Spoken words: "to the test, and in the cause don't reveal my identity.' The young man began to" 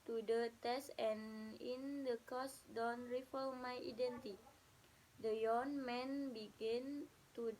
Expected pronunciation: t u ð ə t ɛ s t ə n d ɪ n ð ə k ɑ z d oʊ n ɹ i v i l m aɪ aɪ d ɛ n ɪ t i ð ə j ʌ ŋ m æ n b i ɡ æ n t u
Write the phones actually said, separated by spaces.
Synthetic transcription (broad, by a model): t u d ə t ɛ s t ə n ɪ n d ə k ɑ s d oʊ n ɹ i f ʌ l m aɪ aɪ d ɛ n t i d ə j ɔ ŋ m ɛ n b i ɡ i n t u